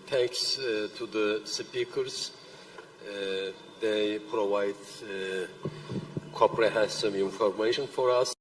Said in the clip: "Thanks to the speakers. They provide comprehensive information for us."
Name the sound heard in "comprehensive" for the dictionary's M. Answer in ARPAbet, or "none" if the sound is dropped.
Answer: none